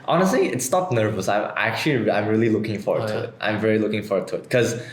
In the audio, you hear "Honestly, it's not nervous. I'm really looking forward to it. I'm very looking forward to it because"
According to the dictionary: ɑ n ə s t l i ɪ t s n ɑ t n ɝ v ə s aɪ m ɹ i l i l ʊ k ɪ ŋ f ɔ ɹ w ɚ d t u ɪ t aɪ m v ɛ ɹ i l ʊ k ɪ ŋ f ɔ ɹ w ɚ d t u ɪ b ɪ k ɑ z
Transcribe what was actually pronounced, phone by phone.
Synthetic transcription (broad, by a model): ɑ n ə s t l i ɪ t s n ɑ t n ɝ v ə s aɪ m ɹ i l i l ʊ k ɪ ŋ f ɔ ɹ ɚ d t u ɪ t aɪ m v ɛ ɹ i l ʊ k ɪ ŋ f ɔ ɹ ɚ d t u ɪ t k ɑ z